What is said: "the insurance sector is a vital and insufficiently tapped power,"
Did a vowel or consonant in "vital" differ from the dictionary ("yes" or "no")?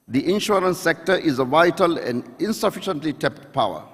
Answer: no